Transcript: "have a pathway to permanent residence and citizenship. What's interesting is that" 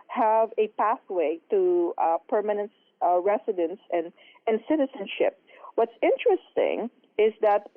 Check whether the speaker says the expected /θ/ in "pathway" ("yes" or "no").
yes